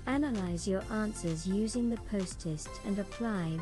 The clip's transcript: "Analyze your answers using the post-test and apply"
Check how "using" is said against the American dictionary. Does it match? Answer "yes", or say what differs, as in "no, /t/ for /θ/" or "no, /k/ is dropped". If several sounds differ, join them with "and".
yes